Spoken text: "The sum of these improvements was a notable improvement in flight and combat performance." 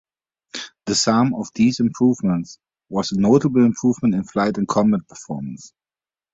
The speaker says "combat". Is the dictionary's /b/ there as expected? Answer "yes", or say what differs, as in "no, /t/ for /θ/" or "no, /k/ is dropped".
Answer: no, /b/ is dropped